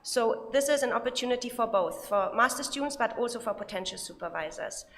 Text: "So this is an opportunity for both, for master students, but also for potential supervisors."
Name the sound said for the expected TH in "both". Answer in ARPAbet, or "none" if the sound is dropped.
TH